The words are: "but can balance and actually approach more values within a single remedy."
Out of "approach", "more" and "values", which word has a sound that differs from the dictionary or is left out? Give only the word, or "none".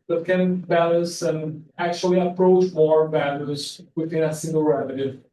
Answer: values